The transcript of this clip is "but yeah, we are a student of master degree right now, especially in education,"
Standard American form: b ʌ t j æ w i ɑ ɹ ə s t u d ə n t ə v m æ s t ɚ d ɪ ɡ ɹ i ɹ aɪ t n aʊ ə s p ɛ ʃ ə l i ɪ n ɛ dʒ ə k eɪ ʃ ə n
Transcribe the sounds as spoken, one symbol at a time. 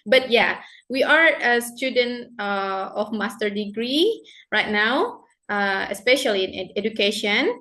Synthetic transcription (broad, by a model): b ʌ t j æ w i ɑ ɹ ə s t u d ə n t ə f m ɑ s t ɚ d ɪ ɡ ɹ i ɹ aɪ t n aʊ ə s p ɛ ʃ ə l i ɪ n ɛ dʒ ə k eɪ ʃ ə n